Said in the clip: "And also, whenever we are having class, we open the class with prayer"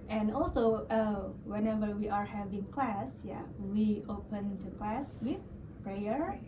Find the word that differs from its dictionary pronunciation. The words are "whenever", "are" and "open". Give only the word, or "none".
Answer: none